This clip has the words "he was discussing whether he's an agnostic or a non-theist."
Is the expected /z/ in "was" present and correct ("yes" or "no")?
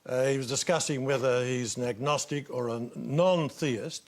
yes